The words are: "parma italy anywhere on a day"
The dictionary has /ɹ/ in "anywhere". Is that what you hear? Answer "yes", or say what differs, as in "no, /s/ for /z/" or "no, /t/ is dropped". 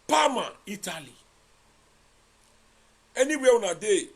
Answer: no, /w/ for /ɹ/